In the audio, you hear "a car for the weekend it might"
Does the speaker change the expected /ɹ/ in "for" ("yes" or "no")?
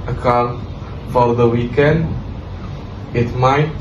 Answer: yes